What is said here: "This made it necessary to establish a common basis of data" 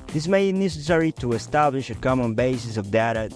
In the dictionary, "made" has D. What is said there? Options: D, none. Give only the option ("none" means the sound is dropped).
none